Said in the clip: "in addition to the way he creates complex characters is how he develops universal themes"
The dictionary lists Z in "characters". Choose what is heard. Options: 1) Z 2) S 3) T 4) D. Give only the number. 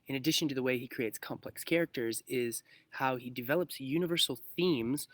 1